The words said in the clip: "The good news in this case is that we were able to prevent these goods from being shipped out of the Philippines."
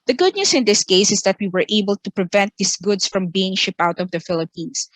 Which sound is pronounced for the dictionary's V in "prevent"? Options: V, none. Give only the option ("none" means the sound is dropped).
V